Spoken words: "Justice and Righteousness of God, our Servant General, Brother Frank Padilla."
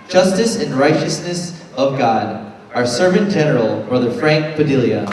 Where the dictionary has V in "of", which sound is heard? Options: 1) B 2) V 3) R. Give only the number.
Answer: 2